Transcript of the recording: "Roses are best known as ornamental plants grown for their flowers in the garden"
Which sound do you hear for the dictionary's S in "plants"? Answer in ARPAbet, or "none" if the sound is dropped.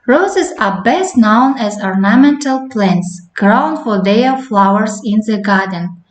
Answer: S